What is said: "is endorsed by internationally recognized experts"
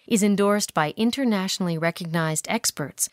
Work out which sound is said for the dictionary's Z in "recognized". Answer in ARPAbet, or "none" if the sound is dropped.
Z